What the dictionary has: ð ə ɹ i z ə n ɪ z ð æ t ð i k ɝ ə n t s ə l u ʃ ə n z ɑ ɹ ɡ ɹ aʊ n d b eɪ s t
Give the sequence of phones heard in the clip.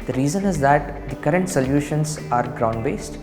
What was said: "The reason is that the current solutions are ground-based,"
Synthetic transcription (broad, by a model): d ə ɹ i z ə n ɪ z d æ t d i k ɝ ə n t s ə l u ʃ ə n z ɑ ɹ ɡ ɹ aʊ n d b eɪ s t